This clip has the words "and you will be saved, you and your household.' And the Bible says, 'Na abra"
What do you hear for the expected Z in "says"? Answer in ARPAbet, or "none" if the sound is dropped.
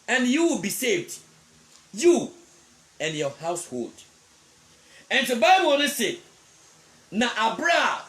none